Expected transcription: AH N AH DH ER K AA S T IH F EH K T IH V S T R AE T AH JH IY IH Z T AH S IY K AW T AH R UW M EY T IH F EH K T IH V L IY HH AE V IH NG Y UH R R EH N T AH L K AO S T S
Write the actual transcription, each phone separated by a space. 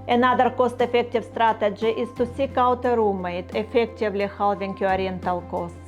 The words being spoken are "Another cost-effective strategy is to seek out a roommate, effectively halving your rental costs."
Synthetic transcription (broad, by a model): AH N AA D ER K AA S T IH F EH K T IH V S T R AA T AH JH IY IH S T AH S IY K AW T AH R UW M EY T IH F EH K T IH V L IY HH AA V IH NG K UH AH R EH N T AH L K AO S T